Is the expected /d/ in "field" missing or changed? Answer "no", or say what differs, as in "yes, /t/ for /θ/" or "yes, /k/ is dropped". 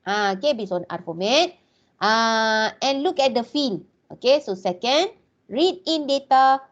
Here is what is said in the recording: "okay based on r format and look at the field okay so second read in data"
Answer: yes, /d/ is dropped